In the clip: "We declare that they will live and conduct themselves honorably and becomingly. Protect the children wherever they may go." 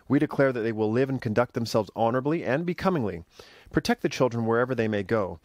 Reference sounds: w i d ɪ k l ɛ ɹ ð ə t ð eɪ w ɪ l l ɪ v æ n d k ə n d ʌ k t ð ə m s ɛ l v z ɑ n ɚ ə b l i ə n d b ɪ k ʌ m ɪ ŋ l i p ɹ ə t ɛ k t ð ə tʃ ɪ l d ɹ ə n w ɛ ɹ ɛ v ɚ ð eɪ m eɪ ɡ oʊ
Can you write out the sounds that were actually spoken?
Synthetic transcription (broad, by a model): w i d ɪ k l ɛ ɹ ð ə t ð eɪ w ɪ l l ɪ v n k ə n d ʌ k t ð ə m s ɛ l v z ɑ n ɚ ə b l i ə n b ɪ k ʌ m ɪ ŋ l i p ɹ ə t ɛ k t ð ə tʃ ɪ l d ɹ ə n w ɛ ɹ ɛ v ɚ ð eɪ m eɪ ɡ oʊ